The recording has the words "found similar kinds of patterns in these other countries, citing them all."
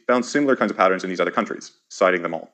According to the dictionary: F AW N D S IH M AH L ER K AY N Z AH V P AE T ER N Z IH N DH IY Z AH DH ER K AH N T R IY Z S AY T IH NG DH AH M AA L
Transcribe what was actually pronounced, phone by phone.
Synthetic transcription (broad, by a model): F AW N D S IH M L ER K AY N Z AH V P AE T ER N Z IH N DH IY Z AH DH ER K AH N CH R IY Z S AY T IH NG DH AH M AA L